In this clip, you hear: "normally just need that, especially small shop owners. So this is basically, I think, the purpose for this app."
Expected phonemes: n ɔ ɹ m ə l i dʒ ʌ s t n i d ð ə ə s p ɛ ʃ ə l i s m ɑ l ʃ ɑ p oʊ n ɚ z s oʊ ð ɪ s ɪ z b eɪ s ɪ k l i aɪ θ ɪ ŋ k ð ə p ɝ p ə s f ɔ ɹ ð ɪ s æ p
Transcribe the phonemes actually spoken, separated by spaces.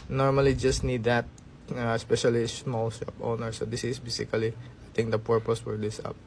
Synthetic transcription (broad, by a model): n ɔ ɹ m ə l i dʒ ʌ s t n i d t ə ə s p ɛ ʃ ə l i s m ɑ l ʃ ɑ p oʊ n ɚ s oʊ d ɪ s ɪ s b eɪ s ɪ k l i aɪ t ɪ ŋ k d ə p ɝ p ə s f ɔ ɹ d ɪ s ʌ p